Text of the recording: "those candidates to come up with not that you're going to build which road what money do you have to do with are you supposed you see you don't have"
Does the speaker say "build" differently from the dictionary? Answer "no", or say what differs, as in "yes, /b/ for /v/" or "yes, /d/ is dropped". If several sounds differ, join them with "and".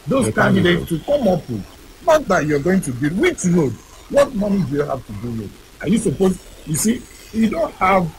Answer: yes, /l/ is dropped